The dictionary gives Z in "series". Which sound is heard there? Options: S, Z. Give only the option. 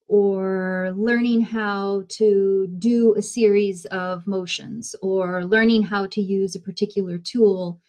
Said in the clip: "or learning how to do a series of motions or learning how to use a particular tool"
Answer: Z